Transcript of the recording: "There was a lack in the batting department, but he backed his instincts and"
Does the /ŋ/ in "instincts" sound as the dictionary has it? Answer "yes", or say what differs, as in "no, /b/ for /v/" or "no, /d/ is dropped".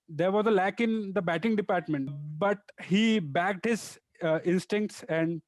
yes